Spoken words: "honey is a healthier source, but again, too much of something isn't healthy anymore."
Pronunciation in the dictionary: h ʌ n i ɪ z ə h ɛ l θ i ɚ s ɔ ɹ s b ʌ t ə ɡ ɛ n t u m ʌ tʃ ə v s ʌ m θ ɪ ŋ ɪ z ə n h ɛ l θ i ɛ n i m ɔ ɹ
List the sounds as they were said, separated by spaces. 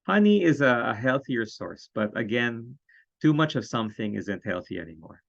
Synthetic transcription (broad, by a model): h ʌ n i ɪ z ə h ɛ l θ i ɚ s ɔ ɹ s b ʌ t ə ɡ ɛ n t u m ʌ tʃ ə v s ʌ m θ ɪ ŋ ɪ z ə n h ɛ l θ i ɛ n i m ɔ ɹ